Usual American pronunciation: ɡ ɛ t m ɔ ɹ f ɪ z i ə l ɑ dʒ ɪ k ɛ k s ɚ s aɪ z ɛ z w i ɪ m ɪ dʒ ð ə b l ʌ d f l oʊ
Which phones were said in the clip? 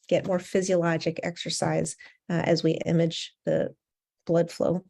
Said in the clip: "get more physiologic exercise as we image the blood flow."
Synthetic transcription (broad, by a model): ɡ ɛ t m ɔ ɹ f ɪ z i ə l ɑ dʒ ɪ k ɛ k s ɚ s aɪ z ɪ z w i ɪ m ɪ dʒ ð ə b l ʌ d f l oʊ